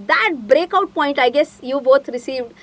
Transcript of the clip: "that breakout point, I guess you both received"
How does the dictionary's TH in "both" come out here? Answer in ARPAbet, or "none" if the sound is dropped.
T